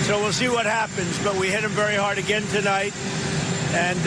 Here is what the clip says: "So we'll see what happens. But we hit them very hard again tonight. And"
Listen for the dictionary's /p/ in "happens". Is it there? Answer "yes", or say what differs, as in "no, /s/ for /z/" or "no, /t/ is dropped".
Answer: yes